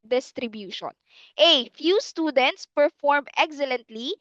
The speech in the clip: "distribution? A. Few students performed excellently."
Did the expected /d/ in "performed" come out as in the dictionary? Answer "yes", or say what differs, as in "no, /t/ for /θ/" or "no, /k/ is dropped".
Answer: no, /d/ is dropped